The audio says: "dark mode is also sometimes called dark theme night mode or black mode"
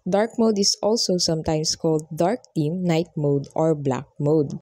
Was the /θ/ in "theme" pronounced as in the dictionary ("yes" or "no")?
no